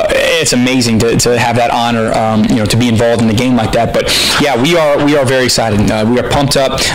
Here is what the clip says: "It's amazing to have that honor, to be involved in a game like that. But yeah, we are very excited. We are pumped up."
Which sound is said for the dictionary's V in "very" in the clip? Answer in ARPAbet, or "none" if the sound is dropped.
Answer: W